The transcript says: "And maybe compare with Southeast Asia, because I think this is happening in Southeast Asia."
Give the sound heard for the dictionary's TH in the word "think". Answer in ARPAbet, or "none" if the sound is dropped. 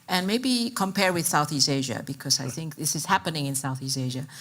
TH